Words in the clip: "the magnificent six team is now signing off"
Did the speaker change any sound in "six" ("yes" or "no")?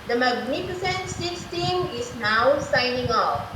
yes